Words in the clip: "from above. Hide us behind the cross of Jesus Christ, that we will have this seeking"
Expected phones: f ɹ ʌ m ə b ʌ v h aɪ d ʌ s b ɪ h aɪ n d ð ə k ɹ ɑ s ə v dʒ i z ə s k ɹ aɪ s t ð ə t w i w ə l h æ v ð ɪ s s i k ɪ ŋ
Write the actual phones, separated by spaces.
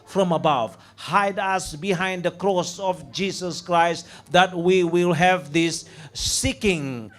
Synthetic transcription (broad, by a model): f ɹ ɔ m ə b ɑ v h aɪ d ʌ s b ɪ h aɪ n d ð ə k ɹ ɑ s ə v dʒ i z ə s k ɹ aɪ s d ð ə t w i w ə l h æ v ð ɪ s s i k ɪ ŋ